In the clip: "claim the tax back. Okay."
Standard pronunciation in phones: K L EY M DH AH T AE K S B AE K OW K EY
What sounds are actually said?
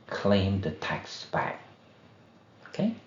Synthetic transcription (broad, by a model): K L EY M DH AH T AE K S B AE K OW K EY